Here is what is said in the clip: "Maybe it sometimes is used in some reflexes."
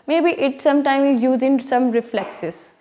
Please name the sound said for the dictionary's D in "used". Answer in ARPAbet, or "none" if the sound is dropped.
none